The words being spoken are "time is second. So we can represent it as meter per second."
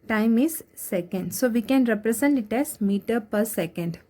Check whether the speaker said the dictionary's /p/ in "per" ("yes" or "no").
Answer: yes